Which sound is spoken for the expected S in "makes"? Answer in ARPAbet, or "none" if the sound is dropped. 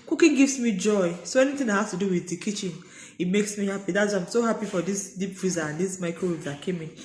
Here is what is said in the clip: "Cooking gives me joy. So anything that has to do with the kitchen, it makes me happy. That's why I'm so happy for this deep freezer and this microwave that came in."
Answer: S